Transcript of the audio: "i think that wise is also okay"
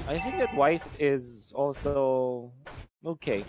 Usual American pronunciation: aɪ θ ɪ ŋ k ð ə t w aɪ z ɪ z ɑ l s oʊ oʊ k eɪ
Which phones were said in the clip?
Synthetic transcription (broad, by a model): aɪ θ ɪ ŋ k ð ə t w aɪ s ɪ z ɑ l s oʊ oʊ k eɪ